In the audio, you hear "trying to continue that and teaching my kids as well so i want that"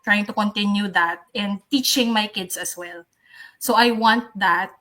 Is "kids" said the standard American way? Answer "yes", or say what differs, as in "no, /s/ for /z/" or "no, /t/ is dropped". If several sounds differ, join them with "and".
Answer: no, /s/ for /z/